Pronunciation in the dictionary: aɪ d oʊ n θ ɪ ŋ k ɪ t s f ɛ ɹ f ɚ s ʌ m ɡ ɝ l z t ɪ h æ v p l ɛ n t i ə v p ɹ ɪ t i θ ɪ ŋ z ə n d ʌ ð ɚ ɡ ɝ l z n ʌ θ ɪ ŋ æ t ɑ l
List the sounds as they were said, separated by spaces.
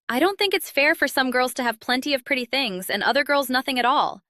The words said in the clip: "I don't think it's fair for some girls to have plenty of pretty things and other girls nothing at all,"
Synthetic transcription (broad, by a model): aɪ d oʊ n θ ɪ ŋ k ɪ t s f ɛ ɹ f ɚ s ʌ m ɡ ɝ l z t ɪ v p l ɛ n t i ə v p ɹ ɪ t i θ ɪ ŋ z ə n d ʌ ð ɚ ɡ ɝ l z n ʌ θ ɪ ŋ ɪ t ɑ l